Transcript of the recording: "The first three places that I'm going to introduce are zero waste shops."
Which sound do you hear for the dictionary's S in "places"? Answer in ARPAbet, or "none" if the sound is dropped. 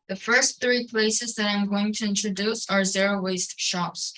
S